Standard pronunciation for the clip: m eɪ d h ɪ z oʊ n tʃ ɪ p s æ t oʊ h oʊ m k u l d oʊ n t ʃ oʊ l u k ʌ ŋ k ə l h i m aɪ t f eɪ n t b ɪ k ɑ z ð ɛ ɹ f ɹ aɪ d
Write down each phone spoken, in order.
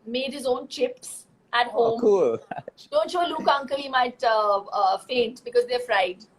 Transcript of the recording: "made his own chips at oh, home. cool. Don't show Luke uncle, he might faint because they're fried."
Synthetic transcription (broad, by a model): m eɪ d h ɪ z oʊ n tʃ ɪ p s æ t h oʊ m k u l d oʊ n t ʃ oʊ l u k ʌ ŋ k ə l h i m aɪ t f eɪ n t b ɪ k ɑ z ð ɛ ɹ f ɹ aɪ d